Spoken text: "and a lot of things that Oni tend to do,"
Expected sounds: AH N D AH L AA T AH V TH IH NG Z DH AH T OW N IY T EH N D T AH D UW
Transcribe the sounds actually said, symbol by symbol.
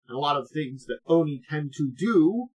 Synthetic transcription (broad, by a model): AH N AH L AA T AH V TH IH NG Z DH AH T OW N IY T EH N T AH D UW